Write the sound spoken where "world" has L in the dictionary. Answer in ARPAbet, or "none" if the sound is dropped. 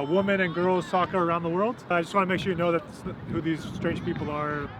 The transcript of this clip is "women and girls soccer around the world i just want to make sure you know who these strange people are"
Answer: L